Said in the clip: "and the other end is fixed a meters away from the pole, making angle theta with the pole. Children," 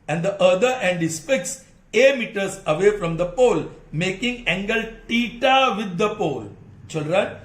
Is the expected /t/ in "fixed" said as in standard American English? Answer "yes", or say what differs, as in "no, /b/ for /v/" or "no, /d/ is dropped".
no, /t/ is dropped